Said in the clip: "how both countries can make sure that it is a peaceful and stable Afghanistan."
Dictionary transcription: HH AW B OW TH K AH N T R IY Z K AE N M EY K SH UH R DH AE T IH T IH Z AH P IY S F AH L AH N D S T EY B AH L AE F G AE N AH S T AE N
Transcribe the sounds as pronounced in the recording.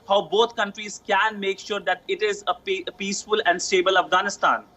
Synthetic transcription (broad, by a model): HH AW B OW T K AH N T R IY Z K AE N M EY K SH UH R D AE T IH T IH Z AH P IY S F AH L AH N D S T EY B AH L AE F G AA N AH S T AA N